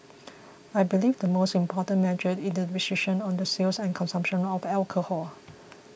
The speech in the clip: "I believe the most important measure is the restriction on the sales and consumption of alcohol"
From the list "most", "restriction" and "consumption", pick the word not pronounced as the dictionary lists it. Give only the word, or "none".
restriction